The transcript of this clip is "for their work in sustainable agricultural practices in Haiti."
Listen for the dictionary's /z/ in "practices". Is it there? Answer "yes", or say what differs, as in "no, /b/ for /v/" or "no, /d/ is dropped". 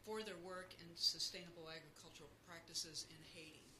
yes